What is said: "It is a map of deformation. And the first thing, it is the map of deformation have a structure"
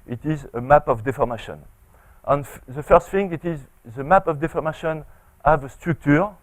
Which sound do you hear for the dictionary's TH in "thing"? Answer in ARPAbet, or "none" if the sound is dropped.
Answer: F